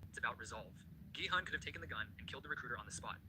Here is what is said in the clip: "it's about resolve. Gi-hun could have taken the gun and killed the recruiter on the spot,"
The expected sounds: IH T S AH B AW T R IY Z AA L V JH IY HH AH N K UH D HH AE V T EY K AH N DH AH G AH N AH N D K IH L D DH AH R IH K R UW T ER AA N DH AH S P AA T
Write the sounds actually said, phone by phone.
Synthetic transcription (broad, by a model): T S AH B AW T R IY Z AA L V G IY HH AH N K UH D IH V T EY K N DH AH G AH N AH N K IH L D DH AH R IH K R UW T ER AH N DH AH S P AA T